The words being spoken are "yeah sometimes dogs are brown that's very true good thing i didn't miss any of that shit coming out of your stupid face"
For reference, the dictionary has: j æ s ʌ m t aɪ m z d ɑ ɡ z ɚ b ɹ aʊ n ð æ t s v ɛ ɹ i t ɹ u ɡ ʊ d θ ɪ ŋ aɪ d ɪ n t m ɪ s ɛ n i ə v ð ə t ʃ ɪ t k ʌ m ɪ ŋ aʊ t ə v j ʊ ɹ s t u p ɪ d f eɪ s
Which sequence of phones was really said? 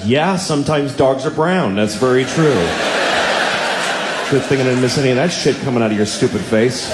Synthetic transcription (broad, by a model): j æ s ʌ m t aɪ m z d ɑ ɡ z ɚ b ɹ aʊ n ð æ t s v ɛ ɹ i t ɹ u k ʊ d θ ɪ ŋ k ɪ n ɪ m ɪ s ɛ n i ð ə t ʃ ɪ t k ʌ m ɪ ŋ aʊ t ə v j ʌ ɹ s t u p ɪ d f eɪ s